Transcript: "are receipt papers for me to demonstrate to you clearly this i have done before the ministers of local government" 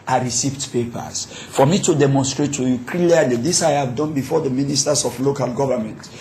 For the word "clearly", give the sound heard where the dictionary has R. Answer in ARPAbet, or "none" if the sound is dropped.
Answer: L